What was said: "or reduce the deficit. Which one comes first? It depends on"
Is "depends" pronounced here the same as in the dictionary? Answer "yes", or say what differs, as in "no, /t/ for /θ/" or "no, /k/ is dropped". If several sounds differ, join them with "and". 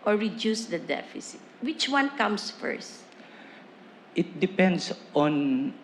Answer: no, /s/ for /z/